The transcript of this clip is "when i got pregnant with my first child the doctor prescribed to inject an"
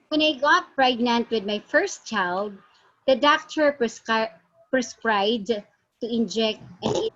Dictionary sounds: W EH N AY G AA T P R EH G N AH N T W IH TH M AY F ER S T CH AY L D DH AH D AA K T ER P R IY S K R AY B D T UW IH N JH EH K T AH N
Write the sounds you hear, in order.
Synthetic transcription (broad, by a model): W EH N AY G AA T P R EH G N AH N T W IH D M AY F ER S T CH AY L D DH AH D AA K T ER P R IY S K R AY D T UW IH N JH EH K T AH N